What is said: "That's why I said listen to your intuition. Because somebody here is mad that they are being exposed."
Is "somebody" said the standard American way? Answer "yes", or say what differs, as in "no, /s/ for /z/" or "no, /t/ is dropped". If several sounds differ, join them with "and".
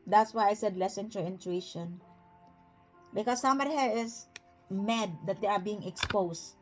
no, /b/ is dropped